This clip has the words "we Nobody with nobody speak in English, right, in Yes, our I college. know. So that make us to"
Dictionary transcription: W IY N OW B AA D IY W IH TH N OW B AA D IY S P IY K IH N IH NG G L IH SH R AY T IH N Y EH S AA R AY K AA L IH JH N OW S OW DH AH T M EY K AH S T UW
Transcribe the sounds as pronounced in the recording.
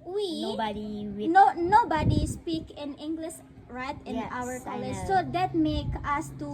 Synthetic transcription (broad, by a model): W IY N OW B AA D IY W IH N N OW B AA D IY S P IY K IH N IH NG G L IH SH R AY T IH N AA W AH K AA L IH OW S OW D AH T M EY K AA S T UW